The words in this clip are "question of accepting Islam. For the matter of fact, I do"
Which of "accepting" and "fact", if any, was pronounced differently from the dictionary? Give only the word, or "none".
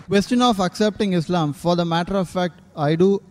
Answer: none